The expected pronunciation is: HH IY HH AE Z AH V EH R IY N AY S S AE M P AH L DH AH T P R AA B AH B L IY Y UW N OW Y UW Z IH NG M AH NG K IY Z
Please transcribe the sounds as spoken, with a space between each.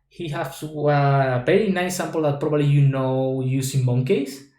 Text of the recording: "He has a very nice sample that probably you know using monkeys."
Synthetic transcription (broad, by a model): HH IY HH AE S AH P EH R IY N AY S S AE M P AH L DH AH T P R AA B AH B L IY Y UW N OW Y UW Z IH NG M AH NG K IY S